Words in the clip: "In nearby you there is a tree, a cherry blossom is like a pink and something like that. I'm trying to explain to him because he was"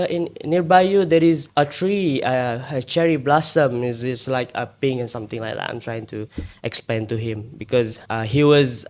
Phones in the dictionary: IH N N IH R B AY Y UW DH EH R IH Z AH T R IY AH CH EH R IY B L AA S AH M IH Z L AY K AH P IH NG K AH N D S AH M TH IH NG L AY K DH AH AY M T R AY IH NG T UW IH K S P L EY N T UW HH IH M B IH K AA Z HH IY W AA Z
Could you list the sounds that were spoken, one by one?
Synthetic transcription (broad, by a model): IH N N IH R B AY Y UW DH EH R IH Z AH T R IY AH CH EH R IY B L AA S AH M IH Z L AY K AH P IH NG AH N S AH M T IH NG L AY K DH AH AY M T R AY IH NG T UW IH K S P EY N T UW HH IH M B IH K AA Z HH IY W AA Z